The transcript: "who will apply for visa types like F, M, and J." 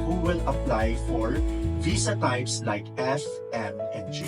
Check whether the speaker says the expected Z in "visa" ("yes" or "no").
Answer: no